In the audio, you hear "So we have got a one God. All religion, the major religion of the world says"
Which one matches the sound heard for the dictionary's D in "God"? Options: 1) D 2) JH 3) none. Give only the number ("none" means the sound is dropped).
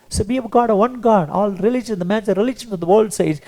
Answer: 1